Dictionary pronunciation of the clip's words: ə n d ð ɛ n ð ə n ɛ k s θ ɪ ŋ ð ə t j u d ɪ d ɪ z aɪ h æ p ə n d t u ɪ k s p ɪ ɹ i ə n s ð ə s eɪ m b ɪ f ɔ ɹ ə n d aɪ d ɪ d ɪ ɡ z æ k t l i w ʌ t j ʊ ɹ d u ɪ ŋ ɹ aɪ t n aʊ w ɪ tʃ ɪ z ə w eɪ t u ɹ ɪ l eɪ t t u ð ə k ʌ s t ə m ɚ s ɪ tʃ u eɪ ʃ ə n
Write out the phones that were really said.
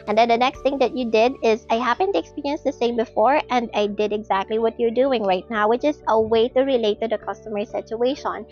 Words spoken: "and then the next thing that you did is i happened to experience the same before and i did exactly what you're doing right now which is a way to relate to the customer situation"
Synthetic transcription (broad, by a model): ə n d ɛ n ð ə n ɛ k s t ɪ ŋ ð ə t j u d ɪ d ɪ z aɪ h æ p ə n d t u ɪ k s p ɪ ɹ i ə n s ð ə s eɪ m b ɪ f ɔ ɹ ə n d aɪ d ɪ d ɪ ɡ z æ k t l i w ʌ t j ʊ ɹ d u ɪ ŋ ɹ aɪ t n aʊ w ɪ tʃ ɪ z ə w eɪ t u ɹ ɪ l eɪ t t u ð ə k ʌ s t ə m ɚ s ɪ tʃ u eɪ ʃ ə n